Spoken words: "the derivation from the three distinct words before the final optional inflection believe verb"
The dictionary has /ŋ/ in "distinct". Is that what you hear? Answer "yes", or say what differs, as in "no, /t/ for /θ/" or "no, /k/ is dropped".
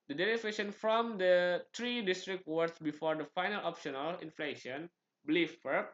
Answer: no, /ŋ/ is dropped